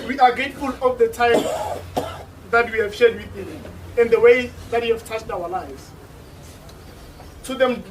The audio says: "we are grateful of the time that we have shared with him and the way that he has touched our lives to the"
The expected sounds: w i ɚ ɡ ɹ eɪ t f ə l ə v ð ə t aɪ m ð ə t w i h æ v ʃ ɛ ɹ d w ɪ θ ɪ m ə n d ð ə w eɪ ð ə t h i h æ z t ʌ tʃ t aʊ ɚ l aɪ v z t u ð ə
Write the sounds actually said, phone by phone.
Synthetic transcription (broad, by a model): w i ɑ ɡ eɪ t f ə l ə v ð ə t aɪ m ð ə t w i h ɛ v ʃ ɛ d w ɪ θ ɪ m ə n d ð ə w eɪ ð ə t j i h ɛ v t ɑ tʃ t aʊ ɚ l aɪ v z t u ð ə